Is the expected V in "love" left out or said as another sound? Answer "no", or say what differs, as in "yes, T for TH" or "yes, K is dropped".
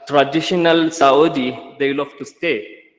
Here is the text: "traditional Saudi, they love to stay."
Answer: yes, F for V